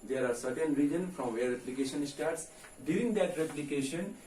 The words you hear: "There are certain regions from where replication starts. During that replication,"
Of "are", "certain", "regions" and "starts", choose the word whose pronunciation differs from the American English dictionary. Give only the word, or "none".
regions